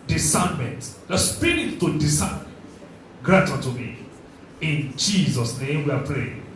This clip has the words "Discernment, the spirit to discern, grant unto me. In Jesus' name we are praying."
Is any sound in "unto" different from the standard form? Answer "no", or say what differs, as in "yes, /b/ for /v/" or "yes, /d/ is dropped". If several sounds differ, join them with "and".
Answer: yes, /n/ is dropped